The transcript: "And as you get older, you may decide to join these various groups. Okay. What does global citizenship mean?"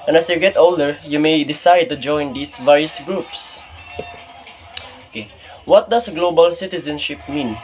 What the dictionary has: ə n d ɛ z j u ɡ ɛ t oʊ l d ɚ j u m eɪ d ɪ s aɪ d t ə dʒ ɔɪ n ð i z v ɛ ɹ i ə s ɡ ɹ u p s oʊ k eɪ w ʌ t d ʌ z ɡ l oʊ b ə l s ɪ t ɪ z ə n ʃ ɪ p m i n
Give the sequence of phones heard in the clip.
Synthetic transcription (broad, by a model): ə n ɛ s j u ɡ ɛ t oʊ l d ɚ j u m eɪ d ɪ s aɪ d t ə dʒ ɔɪ n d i s v ɛ ɹ i ə s ɡ ɹ u p s oʊ k eɪ w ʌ t d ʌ s ɡ l oʊ b ə l s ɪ t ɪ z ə n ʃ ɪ p m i n